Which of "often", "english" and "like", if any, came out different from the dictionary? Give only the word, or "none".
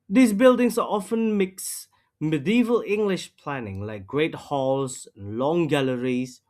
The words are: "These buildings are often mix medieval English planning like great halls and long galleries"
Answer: none